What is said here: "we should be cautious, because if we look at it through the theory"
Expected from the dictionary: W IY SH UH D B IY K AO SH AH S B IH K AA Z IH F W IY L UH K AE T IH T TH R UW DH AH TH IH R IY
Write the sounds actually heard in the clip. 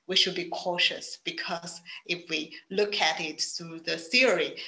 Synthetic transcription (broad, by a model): W IY SH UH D B IY K AO SH AH S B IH K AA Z IH F W IY L UH K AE T IH T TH UW DH AH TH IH R IY